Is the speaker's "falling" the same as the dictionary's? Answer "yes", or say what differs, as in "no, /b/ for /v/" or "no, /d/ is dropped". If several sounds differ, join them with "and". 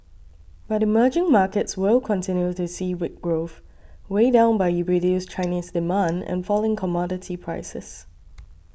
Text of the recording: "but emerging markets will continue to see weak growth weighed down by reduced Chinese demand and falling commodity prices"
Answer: yes